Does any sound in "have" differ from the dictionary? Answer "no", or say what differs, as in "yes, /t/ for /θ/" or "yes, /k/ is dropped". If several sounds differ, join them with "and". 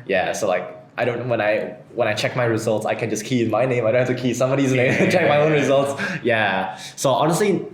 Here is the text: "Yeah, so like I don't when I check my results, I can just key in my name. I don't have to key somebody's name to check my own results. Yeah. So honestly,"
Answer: yes, /f/ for /v/